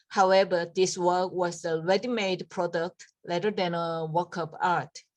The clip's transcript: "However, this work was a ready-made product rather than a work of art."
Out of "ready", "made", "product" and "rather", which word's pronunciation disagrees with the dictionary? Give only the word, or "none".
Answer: rather